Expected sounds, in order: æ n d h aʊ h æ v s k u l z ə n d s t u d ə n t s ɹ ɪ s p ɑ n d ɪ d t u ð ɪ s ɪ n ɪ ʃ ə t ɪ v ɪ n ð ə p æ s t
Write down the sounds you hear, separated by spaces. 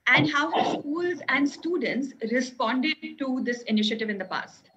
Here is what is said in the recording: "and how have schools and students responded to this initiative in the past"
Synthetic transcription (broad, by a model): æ n d h aʊ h s k u l z ə n d s t u d ə n t s ɹ ɪ s p ɑ n d ɪ d t u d ɪ s ɪ n ɪ ʃ ə t ɪ v ɪ n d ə p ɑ s t